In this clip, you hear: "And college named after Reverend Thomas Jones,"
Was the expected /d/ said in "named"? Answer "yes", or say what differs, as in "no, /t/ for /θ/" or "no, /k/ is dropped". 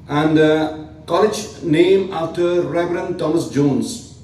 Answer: no, /d/ is dropped